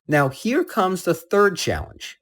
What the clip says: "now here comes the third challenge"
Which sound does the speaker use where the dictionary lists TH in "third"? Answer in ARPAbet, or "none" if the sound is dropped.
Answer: TH